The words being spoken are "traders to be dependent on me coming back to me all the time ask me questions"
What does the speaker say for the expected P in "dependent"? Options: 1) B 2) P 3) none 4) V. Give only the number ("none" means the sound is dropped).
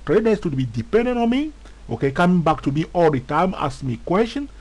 2